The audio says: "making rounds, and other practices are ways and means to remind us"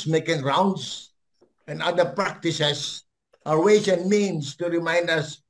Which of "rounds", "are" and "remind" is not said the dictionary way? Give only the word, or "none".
rounds